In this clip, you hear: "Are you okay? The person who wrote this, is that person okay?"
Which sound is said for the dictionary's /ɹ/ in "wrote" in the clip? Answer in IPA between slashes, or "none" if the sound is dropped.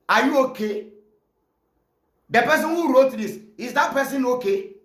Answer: /ɹ/